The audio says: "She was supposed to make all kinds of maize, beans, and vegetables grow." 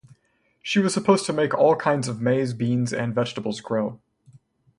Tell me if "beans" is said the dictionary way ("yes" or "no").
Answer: yes